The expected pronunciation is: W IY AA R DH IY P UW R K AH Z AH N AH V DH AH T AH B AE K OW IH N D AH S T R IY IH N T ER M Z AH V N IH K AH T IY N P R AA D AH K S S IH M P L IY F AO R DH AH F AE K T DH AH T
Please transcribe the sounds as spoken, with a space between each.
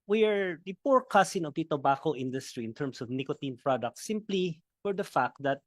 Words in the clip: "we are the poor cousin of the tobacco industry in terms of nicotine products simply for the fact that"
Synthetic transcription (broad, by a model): W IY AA R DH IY P UW R K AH S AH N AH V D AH T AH B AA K OW IH N D AH S T R IY IH N T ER M S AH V N IH K AH T IY N P R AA D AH K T S IH M P L IY F AO R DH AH F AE K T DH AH T